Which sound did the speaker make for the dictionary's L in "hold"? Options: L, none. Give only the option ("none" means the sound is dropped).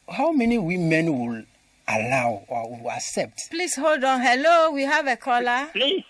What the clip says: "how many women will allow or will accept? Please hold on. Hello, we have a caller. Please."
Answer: L